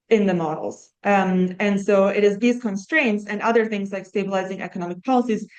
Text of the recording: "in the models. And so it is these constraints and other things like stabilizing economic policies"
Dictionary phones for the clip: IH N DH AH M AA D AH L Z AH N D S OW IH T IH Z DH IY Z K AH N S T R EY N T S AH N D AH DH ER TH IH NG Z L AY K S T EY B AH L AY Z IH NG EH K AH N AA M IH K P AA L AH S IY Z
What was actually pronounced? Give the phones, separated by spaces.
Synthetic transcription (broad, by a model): IH N DH AH M AA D L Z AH N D S OW IH T IH Z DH IY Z K AH N S T R EY N T S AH N AH DH ER TH IH NG Z L AY K S T EY B AH L AY Z IH NG EH K AH N AA M IH K P AA L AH S IY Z